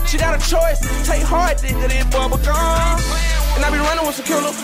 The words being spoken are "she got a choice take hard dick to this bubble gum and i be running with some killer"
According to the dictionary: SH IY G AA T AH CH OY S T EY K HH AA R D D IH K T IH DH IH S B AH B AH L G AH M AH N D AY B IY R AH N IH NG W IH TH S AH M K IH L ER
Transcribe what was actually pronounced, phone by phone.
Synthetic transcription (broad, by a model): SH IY G AA T AH CH OY S T EY K HH AA R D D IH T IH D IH B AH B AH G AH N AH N AY B IY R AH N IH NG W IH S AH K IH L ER